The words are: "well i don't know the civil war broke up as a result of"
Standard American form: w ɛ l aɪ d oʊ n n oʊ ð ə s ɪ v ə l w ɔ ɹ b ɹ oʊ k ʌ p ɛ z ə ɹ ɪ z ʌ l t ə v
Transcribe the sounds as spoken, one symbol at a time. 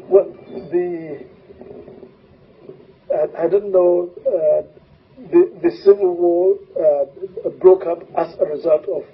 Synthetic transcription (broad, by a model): w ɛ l aɪ d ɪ n n oʊ ð ə s ɪ v ə l w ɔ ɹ b ɹ oʊ k ʌ p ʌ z ə ɹ ɪ z ʌ l t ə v